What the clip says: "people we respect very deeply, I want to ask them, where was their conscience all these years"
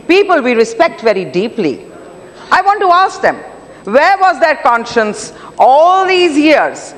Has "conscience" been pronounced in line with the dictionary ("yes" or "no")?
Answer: yes